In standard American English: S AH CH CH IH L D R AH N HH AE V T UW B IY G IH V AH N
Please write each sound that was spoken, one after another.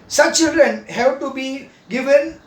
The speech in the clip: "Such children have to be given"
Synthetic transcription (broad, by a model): S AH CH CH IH L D R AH N HH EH B T UW B IY G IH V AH N